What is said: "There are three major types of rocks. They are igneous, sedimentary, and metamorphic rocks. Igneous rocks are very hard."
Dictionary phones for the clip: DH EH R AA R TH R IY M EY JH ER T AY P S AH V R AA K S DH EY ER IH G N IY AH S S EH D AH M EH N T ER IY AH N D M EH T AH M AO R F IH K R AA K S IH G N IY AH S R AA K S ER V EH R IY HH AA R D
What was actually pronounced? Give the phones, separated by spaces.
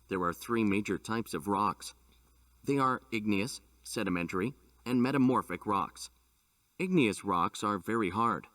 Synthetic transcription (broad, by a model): DH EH R AA R TH R IY M EY JH ER T AY P S AH V R AA K S DH EY ER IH G N IY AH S S EH D AH M EH N T ER IY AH N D M EH T AH M AO R F IH K R AA K S IH G N IY AH S R AA K S ER V EH R IY HH AA R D